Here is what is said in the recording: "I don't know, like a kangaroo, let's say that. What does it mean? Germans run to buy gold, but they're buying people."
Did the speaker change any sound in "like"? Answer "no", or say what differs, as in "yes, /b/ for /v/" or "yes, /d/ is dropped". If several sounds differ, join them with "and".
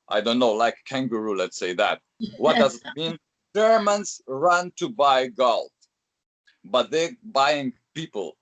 yes, /k/ is dropped